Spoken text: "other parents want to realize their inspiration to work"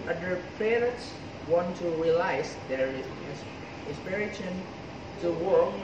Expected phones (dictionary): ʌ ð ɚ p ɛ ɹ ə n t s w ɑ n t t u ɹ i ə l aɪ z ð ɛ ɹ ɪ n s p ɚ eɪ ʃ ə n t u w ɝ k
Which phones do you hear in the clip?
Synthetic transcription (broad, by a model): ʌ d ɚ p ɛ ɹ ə t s w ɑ n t t u ɹ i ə l aɪ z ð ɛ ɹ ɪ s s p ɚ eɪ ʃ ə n t u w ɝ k